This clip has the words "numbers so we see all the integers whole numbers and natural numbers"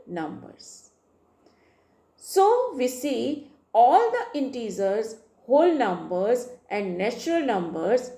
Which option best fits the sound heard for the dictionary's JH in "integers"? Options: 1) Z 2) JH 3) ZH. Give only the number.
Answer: 1